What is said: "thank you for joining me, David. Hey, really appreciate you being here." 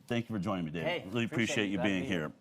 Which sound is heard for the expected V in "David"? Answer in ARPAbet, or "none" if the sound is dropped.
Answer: none